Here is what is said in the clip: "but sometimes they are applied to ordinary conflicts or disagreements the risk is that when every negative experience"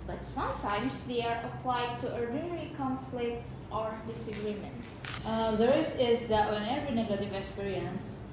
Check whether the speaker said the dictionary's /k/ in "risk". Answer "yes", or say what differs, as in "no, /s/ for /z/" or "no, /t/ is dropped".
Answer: no, /k/ is dropped